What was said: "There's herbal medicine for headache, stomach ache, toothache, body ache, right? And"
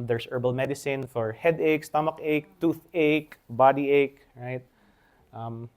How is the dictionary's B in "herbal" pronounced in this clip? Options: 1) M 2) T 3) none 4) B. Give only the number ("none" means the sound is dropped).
4